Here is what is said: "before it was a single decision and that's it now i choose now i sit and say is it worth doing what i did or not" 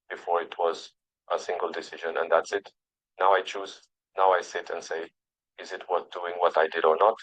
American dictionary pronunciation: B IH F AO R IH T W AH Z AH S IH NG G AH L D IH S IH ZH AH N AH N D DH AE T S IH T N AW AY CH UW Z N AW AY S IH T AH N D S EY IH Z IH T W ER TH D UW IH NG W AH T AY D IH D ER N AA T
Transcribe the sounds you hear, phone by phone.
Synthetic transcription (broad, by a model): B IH F AO R IH T W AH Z AH S IH NG G AH L D IH S IH ZH AH N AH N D DH AE T S IH T N AW AY CH UW Z N AW AY S IH T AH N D S EY IH Z IH T W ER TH D UW IH NG W AH T AY D IH D ER N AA T